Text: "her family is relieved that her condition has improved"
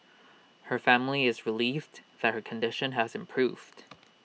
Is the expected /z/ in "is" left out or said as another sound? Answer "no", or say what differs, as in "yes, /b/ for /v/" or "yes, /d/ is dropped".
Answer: no